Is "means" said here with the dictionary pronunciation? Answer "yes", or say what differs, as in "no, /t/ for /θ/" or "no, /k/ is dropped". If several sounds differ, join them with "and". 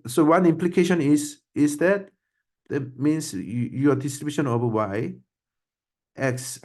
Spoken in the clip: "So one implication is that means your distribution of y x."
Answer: no, /s/ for /z/